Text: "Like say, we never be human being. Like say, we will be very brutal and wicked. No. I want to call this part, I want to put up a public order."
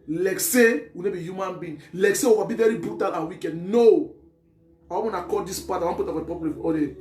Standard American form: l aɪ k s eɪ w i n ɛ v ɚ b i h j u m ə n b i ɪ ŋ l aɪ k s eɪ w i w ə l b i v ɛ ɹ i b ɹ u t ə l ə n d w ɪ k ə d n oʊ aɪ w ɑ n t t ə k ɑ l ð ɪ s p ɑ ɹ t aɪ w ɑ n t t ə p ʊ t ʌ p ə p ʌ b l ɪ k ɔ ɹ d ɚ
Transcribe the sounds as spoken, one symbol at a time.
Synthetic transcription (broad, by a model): l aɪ k s eɪ w i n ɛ b i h j u m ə n b i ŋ l aɪ k s eɪ w i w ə b i v ɛ ɹ i b ɹ u t ə l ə w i k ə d n oʊ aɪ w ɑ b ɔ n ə k ɑ l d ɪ s p ɑ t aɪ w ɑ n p t ə f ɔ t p ə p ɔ l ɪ ɔ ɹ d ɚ